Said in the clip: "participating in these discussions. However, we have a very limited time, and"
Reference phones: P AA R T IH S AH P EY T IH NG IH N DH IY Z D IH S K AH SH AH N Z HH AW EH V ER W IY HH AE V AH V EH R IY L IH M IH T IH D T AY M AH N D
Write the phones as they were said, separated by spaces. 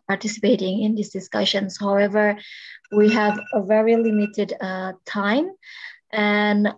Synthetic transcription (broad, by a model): P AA R T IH S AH P EY T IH NG IH N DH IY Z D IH S K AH SH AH N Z HH AW EH V ER W IY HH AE V AH V EH R IY L IH M IH T IH D T AY M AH N